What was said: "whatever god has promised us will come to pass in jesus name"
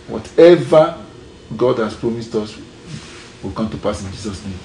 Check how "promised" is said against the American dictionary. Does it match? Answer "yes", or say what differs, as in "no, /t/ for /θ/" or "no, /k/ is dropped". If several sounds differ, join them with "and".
yes